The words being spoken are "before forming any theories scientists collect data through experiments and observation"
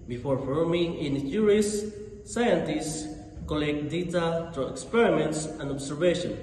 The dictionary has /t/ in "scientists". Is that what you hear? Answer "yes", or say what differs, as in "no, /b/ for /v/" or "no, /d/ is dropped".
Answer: yes